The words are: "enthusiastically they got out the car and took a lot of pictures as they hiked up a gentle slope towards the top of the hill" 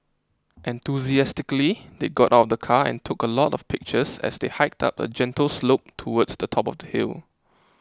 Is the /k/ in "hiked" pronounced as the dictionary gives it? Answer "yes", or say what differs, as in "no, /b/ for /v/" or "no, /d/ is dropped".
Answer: yes